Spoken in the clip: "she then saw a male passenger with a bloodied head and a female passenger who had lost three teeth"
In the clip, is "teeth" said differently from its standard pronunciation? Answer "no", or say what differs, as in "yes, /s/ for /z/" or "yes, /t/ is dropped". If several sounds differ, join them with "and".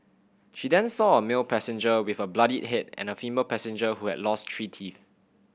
yes, /f/ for /θ/